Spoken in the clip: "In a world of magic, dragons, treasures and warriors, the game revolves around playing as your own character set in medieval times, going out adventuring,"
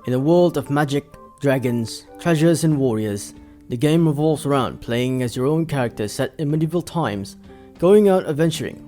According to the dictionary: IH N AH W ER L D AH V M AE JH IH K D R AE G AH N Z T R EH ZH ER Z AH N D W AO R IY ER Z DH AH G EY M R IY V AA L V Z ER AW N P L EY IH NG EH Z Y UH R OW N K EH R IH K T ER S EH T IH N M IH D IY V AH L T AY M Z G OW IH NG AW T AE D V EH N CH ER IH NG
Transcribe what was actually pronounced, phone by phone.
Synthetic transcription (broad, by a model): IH N AH W ER L D AH V M AE JH IH K D R AE G AH N Z T R EH ZH ER Z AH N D W AO R IY ER Z DH AH G EY M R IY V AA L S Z ER AW N P L EY IH NG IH Z Y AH R OW N K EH R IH K T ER S EH T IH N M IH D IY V L T AY M Z G OW IH NG AW T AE V EH N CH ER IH NG